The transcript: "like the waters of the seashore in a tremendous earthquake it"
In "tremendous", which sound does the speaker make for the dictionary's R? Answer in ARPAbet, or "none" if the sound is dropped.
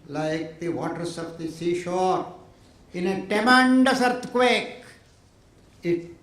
none